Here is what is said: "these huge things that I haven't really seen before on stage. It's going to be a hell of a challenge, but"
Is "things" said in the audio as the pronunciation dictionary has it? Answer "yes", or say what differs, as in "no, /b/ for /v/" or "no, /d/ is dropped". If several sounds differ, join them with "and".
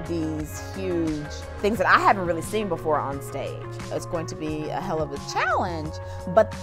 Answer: yes